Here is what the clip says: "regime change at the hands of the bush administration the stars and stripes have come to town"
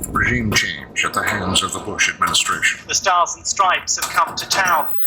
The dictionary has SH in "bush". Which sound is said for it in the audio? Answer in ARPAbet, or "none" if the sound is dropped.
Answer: SH